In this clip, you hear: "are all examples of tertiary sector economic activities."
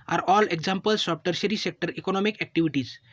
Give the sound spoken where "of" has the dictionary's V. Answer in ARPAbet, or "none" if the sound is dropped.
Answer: P